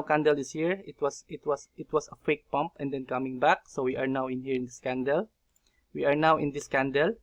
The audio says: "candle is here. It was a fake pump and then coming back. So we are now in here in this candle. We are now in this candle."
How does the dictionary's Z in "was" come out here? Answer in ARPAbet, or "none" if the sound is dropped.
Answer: S